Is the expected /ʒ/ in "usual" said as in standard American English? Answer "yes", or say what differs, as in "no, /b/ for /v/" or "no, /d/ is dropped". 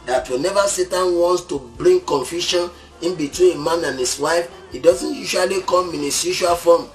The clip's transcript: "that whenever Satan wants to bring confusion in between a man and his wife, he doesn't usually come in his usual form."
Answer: no, /ʃ/ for /ʒ/